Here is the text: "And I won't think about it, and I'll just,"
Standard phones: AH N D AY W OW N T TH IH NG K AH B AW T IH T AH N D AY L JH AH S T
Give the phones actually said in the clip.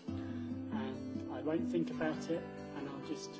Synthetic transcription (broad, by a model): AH N AY W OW N TH IH NG K AH B AW T IH T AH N AY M JH AH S